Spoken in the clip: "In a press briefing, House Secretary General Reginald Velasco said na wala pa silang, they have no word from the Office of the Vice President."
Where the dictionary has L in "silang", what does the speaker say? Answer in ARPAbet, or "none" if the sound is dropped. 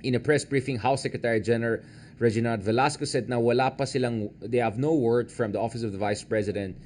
L